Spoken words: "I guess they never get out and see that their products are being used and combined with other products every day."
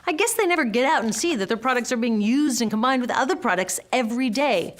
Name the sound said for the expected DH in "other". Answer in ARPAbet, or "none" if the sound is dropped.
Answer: DH